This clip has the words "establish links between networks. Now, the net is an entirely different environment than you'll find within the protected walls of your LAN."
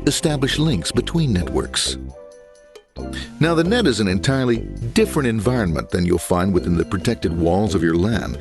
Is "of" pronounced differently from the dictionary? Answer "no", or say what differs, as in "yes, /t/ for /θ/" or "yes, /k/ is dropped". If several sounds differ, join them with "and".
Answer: no